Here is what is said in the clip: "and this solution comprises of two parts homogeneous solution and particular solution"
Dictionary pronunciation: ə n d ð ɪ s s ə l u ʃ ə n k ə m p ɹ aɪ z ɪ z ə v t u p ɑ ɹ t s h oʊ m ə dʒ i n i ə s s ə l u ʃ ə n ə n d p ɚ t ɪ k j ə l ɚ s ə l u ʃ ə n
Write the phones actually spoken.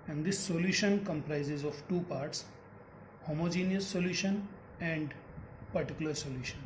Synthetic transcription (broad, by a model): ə n d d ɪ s s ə l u ʃ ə n k ə m p ɹ aɪ z ɪ z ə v t u p ɑ ɹ t s h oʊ m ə dʒ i n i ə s s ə l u ʃ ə n ə n d p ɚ t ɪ k j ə l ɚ s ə l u ʃ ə n